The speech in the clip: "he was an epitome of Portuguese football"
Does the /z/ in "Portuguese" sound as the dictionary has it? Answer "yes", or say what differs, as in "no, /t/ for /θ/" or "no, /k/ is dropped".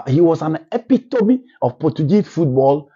no, /z/ is dropped